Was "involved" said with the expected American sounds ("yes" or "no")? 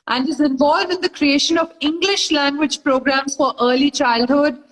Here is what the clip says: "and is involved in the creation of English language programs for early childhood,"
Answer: yes